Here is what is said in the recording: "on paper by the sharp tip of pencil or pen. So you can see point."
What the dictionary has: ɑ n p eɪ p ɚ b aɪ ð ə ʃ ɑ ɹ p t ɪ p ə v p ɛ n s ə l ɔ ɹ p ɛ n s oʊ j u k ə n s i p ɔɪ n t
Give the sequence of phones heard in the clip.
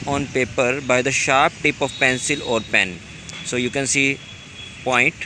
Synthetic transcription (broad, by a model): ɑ n p eɪ p ɚ b aɪ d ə ʃ ɑ ɹ p t ɪ p ə v p ɛ n s ə l ɔ ɹ p ɛ n s oʊ j u k ə n s i p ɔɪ n t